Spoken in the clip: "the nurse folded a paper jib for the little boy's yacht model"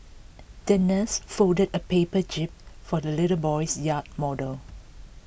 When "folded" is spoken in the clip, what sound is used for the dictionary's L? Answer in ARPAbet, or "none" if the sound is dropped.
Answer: none